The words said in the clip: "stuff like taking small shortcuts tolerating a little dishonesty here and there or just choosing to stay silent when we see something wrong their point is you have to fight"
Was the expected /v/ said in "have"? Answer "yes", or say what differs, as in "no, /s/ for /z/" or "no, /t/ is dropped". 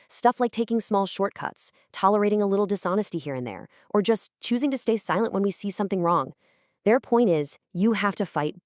no, /f/ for /v/